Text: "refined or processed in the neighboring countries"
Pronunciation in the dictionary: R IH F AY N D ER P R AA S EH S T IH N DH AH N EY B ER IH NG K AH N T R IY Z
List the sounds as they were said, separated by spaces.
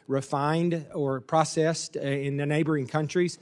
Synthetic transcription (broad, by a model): R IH F AY N D ER P R AA S EH S T IH N DH AH N EY B ER IH NG K AH N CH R IY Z